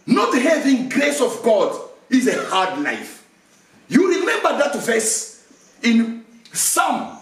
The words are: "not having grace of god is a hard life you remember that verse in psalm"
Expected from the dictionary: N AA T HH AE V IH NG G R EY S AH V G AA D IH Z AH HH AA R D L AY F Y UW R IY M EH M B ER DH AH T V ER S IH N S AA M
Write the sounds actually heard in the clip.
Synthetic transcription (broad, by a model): N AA T HH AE V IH NG G R EY S AH V G AA D IH Z AH HH AA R D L AY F Y UW R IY M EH M B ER DH AH T V ER S IH N S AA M